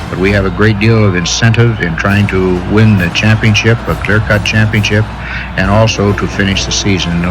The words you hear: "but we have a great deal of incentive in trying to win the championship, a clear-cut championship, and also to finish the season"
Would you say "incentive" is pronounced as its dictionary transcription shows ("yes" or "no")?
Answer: yes